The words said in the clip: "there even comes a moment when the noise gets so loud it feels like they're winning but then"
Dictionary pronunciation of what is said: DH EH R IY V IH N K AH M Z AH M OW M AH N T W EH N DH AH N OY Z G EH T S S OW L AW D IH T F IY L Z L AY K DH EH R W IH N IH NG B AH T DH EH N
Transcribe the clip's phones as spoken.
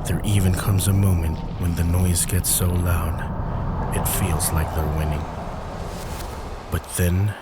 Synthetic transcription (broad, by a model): DH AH R IY V IH N K AH M Z AH M OW M AH N T W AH N DH AH N OY Z G EH T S S OW L AW D IH T F IY L Z L AY K DH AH R W IH N IH NG B AH T DH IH N